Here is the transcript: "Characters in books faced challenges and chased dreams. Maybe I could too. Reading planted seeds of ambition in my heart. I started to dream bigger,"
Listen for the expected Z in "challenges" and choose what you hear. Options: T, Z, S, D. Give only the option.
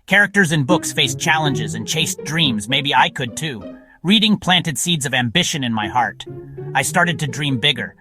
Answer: Z